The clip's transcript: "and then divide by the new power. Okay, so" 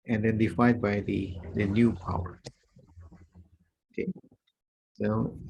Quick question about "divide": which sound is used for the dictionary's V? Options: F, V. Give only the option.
F